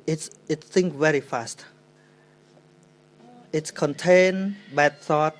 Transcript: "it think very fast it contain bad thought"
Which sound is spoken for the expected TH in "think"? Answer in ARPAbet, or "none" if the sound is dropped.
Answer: S